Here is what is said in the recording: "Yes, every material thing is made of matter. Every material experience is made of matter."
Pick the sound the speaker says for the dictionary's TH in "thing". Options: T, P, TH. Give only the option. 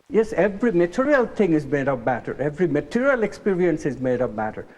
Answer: T